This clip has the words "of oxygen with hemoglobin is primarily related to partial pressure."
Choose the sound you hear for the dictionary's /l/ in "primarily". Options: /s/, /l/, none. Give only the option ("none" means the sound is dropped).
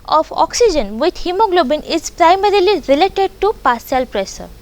/l/